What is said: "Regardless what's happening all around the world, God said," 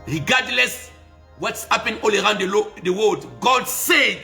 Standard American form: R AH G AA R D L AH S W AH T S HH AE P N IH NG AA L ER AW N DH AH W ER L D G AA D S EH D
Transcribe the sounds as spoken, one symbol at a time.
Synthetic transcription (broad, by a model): R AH G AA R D L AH S W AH T S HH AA P IH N AA L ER AW N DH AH W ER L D G AA D S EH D